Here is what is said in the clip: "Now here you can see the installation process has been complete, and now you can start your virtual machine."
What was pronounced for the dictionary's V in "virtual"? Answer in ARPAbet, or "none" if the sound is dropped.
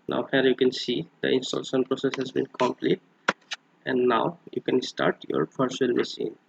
P